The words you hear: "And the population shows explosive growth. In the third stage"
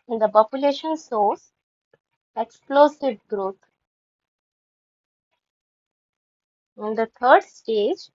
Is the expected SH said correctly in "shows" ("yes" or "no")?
no